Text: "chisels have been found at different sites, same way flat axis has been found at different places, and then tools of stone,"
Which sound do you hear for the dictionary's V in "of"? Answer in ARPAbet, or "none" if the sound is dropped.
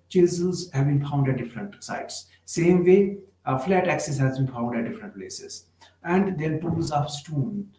P